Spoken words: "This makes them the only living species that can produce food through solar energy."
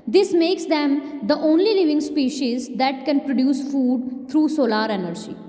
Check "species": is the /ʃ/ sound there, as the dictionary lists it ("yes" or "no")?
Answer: yes